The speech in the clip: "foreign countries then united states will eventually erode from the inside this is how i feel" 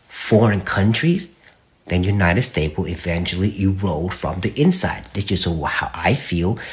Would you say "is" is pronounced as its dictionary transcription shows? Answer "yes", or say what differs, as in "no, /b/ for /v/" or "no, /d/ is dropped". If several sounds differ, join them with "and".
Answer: no, /s/ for /z/